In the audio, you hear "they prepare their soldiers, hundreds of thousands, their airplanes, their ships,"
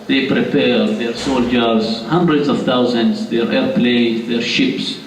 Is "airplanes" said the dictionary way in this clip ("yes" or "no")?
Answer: no